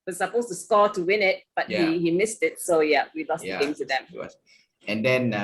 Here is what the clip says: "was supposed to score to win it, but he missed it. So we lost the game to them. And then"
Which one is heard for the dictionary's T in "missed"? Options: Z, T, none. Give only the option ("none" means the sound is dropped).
T